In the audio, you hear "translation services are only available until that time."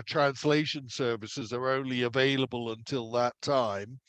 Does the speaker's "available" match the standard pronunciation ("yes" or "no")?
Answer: yes